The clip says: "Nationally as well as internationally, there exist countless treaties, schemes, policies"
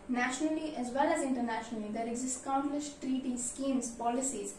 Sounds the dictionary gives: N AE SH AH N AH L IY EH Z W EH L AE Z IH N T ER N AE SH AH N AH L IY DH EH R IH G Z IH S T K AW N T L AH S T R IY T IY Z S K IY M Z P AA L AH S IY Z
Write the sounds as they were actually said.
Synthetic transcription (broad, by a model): N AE SH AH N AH L IY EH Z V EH L AE Z IH N T ER N AE SH AH N AH L IY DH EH R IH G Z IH S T K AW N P L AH SH T R IY T IY S K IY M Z P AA L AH S IY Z